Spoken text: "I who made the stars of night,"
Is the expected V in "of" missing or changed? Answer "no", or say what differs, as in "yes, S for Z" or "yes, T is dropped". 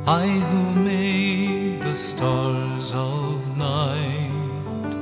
no